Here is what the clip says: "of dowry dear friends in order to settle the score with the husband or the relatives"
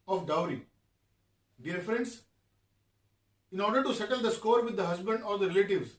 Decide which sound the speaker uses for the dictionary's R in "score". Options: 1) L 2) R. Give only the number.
2